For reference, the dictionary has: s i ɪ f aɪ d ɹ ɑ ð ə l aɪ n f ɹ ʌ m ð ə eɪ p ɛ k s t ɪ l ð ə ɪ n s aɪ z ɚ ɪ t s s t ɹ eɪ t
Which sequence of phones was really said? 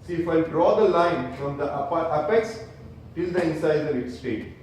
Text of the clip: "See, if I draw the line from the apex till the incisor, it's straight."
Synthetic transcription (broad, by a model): s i ɪ f aɪ d ɹ ɑ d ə l aɪ n f ɹ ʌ m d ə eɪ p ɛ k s t ɪ l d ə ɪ n s aɪ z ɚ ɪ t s s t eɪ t